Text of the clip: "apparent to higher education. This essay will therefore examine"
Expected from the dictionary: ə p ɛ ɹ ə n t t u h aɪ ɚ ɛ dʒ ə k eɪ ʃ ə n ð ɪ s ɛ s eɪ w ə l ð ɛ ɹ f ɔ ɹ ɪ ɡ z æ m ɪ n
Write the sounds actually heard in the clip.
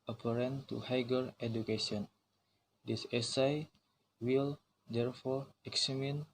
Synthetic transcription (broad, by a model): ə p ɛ ɹ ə n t t u h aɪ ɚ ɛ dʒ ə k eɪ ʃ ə n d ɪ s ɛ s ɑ w ə l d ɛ ɹ f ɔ ɹ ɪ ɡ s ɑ m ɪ n